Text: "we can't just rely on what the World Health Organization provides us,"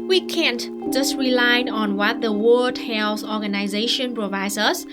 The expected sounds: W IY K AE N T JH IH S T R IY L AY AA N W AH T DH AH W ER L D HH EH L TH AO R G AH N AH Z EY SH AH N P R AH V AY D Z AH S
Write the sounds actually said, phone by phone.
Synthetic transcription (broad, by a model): W IY K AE N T JH IH S T R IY L AY AA N W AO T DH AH W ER D HH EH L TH AO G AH N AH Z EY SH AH N P R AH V AY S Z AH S